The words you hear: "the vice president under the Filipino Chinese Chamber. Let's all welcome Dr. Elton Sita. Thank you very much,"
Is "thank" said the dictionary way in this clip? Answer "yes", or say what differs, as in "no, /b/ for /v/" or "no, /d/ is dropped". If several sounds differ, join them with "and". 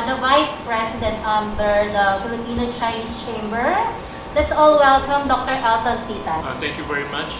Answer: no, /t/ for /θ/